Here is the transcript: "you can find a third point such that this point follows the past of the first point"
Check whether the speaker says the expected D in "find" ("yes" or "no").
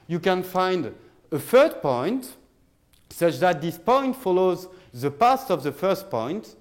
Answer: yes